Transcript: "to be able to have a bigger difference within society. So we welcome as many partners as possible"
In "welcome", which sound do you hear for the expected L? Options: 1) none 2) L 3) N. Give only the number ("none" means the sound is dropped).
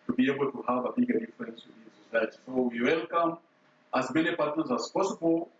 2